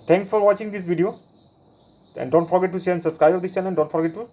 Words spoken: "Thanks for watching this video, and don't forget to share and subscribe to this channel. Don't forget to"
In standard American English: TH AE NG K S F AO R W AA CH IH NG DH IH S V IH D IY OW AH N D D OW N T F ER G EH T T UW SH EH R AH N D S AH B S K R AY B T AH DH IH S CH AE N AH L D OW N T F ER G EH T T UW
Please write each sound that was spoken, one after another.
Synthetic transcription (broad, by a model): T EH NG K S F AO R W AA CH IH NG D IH S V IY D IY OW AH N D D OW N T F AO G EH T T UW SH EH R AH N S AH B S K R AY B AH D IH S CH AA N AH N D OW N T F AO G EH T T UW